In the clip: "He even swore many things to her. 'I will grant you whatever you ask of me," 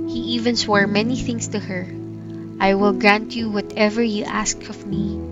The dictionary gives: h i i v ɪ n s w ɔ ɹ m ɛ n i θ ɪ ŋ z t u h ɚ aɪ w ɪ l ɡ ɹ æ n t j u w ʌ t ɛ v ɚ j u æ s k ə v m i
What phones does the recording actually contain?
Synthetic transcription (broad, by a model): h i i v ɪ n s w ɔ ɹ m ɛ n i θ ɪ ŋ s t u h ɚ aɪ w ɪ l ɡ ɹ æ n t j u w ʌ t ɛ v ɚ j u æ s k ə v m i